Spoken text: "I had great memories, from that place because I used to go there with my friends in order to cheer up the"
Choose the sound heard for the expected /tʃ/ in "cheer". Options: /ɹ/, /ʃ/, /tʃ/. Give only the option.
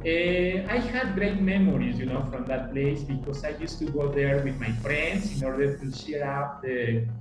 /ʃ/